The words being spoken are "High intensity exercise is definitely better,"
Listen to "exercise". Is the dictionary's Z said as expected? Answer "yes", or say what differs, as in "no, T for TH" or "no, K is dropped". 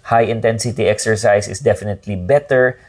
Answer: no, S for Z